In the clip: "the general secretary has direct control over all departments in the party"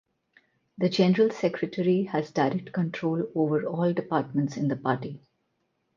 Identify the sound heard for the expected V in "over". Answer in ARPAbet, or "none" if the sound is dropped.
V